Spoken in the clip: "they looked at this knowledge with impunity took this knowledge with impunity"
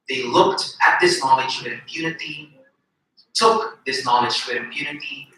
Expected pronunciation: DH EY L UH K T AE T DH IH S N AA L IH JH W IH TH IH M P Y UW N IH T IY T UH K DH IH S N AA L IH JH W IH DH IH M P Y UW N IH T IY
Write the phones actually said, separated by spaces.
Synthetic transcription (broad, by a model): DH EY L UH K T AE T DH IH S N AA L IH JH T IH IH M P Y UW N IH T IY T UH K DH IH S N AA L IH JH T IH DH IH M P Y UW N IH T IY